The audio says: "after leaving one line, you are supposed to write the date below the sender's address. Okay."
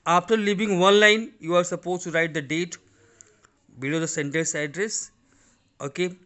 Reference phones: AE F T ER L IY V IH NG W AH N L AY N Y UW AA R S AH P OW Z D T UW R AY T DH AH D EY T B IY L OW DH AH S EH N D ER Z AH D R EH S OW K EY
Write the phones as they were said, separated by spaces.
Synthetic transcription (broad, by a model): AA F T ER L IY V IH NG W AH N L AY N Y UW AA R S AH P OW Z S T UW R AY T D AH D EY T B IY L OW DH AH S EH N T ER S AH D R EH S OW K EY